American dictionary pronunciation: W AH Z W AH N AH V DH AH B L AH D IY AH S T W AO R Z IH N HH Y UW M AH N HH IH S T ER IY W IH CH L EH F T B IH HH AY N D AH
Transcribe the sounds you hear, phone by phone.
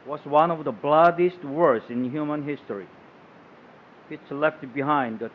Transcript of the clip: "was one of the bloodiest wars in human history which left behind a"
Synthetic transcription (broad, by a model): W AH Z W AH N AH V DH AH B L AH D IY S T W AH R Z IH N HH Y UW M AH N HH IH S T ER IY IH S L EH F T B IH HH AY N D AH